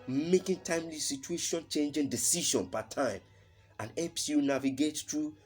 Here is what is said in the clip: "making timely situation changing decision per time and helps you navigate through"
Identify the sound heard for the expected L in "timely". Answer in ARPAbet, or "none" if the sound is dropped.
L